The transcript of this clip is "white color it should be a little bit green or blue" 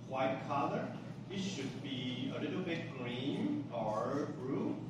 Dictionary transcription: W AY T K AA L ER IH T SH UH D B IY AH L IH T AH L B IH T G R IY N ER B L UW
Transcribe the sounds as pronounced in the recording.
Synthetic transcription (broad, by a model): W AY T K AA L ER IH T SH UH D B IY AH L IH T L B IH T G R IY N ER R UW